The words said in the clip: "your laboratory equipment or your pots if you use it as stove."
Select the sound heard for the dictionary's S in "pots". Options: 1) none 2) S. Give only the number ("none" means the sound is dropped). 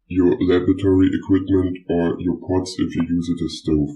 2